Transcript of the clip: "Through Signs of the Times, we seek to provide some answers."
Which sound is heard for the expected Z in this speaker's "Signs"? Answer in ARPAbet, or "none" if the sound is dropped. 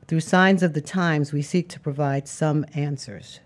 Z